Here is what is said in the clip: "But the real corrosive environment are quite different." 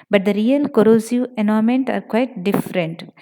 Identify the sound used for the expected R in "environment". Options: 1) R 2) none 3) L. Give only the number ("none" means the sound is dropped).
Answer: 2